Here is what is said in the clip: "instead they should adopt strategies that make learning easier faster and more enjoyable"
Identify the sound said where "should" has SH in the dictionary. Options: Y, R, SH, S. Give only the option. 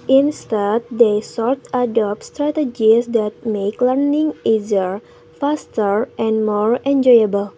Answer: S